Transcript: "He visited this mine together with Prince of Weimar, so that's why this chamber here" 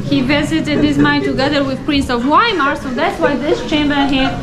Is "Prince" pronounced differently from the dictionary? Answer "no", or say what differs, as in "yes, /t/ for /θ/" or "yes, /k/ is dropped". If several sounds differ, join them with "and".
no